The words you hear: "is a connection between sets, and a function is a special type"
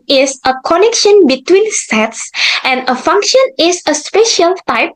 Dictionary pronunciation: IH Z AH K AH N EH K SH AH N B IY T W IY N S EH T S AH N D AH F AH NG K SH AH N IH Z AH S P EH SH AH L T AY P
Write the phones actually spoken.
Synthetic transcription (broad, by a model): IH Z AH K AH N EH K SH AH N B IY T W IY N S EH T S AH N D AH F AH NG K SH AH N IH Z AH S P EH SH AH L T AY P